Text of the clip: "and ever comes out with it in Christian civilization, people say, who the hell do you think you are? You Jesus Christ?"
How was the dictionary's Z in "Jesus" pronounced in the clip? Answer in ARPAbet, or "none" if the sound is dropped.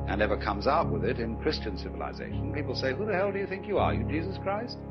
Z